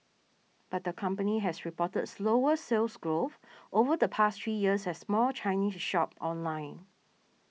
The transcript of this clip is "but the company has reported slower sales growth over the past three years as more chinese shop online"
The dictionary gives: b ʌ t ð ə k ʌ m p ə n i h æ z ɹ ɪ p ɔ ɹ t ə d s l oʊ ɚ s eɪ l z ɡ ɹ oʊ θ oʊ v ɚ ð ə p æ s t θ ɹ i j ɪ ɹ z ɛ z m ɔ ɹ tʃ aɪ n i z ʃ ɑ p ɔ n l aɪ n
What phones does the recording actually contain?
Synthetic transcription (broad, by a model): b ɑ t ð ə k ʌ m p ə n i h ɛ s ɹ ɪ p ɔ t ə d s l oʊ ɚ s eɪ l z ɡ ɹ oʊ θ oʊ v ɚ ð ə p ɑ s t ɹ i j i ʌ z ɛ s m ɔ l tʃ aɪ n i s ʃ ɑ p ɔ n l aɪ n